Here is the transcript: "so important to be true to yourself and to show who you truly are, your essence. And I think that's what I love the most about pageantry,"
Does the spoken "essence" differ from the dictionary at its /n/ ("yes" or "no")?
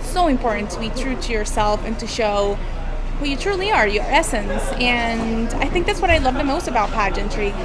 no